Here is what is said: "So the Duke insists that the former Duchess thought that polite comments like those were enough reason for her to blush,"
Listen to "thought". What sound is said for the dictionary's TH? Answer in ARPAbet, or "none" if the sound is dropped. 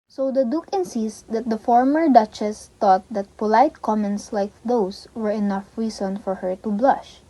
T